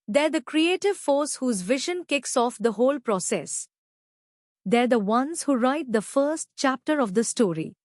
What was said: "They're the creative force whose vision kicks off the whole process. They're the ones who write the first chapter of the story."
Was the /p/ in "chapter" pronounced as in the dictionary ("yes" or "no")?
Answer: yes